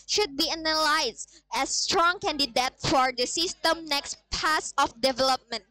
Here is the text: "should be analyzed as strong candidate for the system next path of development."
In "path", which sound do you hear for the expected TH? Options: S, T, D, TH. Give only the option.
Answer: S